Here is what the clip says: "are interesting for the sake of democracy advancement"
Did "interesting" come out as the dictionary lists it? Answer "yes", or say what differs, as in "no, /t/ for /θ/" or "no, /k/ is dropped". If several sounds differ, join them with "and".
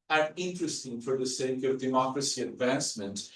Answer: yes